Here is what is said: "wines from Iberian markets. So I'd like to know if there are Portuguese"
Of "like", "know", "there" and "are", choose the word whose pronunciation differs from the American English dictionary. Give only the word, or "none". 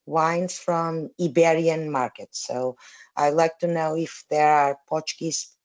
none